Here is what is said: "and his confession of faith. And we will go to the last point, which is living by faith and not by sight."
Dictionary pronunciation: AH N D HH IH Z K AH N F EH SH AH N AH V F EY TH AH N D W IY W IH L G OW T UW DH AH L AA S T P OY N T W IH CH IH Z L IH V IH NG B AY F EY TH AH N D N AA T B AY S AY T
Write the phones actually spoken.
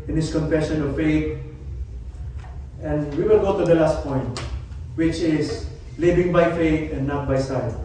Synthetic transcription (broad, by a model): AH N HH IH S K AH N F EH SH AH N AH V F EY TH AH N D W IY W IH L G OW T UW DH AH L AA S T P OY N T W IH CH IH S L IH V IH NG B AY F EY T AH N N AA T B AY S AY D